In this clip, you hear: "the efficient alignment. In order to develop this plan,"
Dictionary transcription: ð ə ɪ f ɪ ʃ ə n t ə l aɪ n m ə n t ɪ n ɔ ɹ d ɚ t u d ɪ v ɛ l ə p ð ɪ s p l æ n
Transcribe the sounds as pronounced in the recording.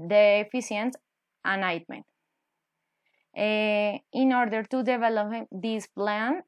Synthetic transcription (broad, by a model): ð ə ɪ f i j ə n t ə n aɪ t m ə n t ɪ n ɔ ɹ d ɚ t u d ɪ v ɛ l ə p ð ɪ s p l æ n